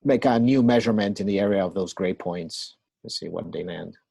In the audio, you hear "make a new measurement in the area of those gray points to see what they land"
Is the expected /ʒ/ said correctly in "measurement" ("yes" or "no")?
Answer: yes